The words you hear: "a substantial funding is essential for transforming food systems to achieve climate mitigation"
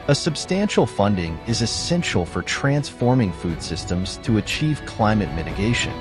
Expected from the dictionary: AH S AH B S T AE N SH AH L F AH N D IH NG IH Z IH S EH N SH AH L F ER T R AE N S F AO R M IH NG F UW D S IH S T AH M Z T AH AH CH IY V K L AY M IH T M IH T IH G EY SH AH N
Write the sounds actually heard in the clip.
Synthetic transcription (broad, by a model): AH S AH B S T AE N SH L F AH N D IH NG IH Z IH S EH N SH L F ER T R AE N S F AO R M IH NG F UW D S IH S T AH M Z T AH AH CH IY V K L AY M IH T M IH T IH G EY SH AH N